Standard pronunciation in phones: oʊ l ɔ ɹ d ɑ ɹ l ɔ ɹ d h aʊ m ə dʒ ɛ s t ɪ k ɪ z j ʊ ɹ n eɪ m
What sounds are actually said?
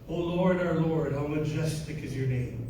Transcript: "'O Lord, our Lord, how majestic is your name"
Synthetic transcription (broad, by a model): oʊ l ɔ ɹ d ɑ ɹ l ɔ ɹ d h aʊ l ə dʒ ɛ s t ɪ k ɪ z j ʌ ɹ n eɪ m